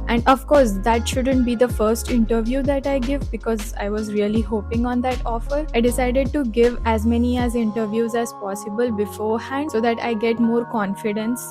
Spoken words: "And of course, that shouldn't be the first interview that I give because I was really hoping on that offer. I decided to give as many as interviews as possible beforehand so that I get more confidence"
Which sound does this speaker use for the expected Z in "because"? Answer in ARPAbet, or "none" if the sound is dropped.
Z